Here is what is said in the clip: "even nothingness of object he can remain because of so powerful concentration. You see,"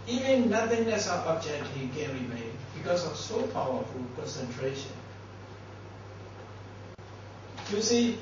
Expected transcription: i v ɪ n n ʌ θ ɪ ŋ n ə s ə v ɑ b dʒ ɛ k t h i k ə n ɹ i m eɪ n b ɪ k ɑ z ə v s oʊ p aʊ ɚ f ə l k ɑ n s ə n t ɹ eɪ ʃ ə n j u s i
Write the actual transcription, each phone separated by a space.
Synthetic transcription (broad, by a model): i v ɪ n n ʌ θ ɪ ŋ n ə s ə p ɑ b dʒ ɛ t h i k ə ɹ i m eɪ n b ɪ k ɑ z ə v s oʊ p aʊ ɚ f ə l k ɑ n s ə n t ɹ eɪ ʃ ə n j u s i